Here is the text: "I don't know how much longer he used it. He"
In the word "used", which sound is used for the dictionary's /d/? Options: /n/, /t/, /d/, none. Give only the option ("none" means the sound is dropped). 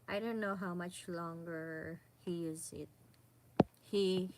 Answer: none